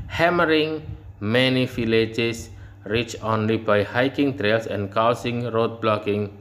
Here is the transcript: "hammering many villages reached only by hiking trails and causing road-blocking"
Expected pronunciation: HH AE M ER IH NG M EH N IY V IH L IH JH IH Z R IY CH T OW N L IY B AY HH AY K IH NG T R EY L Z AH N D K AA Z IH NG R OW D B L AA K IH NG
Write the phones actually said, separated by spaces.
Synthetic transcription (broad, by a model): HH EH M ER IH NG M EH N IY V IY L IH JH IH S R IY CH OW N L IY B AY HH AY K IH NG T R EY L S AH N K AA S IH NG R OW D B L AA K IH NG